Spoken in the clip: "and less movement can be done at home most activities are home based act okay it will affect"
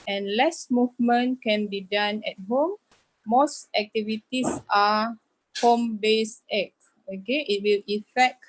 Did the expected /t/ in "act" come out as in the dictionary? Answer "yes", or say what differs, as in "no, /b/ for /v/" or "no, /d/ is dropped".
no, /t/ is dropped